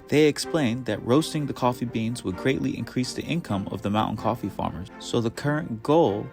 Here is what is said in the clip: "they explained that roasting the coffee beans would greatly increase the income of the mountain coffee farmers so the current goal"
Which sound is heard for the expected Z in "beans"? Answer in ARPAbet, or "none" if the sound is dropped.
Z